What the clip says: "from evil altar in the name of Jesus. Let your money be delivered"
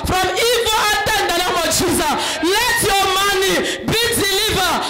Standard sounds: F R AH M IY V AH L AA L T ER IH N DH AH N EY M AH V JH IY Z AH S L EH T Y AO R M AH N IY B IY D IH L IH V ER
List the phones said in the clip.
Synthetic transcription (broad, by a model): F R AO M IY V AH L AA T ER IH N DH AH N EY M AH V JH IY Z AH S L EH T Y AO M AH N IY B IY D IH L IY V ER